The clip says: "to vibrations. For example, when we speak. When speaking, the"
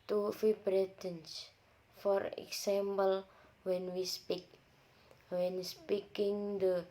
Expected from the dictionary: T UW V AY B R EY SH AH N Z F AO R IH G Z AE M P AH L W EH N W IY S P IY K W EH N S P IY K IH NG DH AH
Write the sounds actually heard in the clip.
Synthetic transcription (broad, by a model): T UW F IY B R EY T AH N S F AO R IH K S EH M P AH L W EH N W IY S P IY K W EH N S P IY K IH NG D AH